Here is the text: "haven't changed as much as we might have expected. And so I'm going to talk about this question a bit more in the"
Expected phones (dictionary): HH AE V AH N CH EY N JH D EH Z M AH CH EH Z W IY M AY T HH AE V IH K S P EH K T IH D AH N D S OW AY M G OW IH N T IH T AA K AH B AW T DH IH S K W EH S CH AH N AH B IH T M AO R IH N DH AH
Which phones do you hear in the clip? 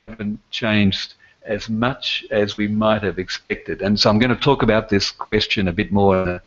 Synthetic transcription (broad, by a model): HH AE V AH N CH EY N JH D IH Z M AH CH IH Z W IY M AY T HH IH V IH K S P EH K T IH D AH N S OW AY M G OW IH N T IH T AA K AH B AW T DH IH S K W EH S CH AH N AH B IH T M AO R IH N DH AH